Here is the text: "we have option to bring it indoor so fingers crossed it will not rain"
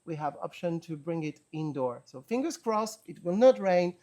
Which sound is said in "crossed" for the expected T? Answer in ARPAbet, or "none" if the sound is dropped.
none